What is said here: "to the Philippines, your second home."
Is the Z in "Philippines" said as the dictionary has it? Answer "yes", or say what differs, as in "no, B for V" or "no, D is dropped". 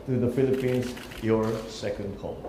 no, S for Z